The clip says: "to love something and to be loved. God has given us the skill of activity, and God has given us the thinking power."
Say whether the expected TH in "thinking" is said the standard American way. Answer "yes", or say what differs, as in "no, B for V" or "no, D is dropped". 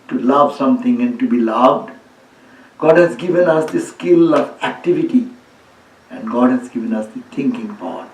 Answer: no, T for TH